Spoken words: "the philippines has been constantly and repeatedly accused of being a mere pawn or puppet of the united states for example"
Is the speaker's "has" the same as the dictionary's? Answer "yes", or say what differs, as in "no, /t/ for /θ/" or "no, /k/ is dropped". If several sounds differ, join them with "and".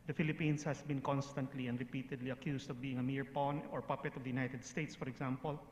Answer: no, /s/ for /z/